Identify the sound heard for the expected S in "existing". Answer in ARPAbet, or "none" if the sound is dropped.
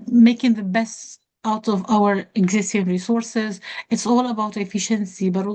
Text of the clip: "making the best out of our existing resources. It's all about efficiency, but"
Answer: S